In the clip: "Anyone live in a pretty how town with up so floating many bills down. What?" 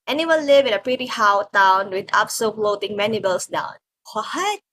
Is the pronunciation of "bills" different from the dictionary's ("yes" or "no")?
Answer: yes